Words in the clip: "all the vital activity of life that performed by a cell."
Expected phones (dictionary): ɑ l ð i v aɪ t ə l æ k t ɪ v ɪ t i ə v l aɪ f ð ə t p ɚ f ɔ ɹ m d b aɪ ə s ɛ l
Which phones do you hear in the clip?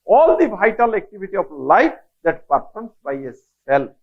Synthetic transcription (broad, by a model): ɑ l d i b aɪ t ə l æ k t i b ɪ t i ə b l aɪ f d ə t p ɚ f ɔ ɹ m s b aɪ ə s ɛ l